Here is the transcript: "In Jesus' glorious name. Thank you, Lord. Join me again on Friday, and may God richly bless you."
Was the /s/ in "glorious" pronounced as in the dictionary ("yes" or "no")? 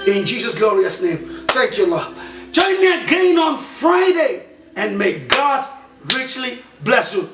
yes